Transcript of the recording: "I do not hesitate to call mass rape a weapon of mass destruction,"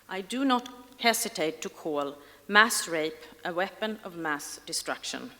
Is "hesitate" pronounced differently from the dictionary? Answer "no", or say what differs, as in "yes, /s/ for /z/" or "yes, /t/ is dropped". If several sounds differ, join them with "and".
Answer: yes, /s/ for /z/